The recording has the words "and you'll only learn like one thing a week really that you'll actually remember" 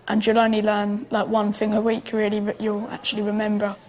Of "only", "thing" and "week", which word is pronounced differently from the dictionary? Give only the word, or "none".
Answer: none